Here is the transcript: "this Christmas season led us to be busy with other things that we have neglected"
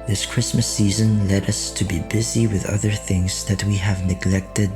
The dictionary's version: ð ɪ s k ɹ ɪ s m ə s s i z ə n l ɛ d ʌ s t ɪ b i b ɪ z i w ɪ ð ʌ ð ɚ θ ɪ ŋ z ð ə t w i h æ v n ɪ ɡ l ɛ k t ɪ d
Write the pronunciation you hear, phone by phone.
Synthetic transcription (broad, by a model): ð ɪ s k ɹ ɪ s m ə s s i z ə n l ɛ d ʌ s t ɪ b i b ɪ z i w ɪ ð ʌ ð ɚ θ ɪ ŋ z ð ə t w i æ v n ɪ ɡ l ɛ k t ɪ d